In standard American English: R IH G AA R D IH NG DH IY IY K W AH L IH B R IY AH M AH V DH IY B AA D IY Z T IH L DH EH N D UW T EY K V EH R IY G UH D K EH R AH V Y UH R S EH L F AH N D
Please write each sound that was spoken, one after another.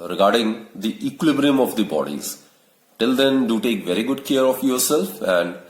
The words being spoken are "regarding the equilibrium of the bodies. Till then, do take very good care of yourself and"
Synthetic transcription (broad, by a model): R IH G AA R D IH NG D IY IY K W AH L IH B R IY AH M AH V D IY B AA D IY Z T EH L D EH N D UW T EY K V EH R IY G UH D K EH R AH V Y UH R S EH L F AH N D